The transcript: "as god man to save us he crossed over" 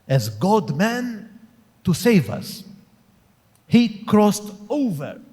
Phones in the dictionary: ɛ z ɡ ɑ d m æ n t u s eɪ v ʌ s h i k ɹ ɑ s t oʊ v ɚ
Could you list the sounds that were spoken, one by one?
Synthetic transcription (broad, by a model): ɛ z ɡ ɑ d m æ n t u s eɪ v ʌ s h i k ɹ ɑ s t oʊ v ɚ